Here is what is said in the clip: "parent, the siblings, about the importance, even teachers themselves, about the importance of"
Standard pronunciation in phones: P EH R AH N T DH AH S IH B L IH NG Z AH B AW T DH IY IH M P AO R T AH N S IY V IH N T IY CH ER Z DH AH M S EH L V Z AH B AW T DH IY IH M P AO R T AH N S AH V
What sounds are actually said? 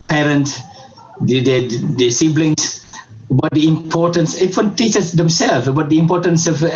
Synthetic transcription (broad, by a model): P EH R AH N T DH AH S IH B L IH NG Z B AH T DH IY IH M P AO R T AH N S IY W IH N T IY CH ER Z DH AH M S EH L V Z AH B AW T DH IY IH M P AO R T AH N S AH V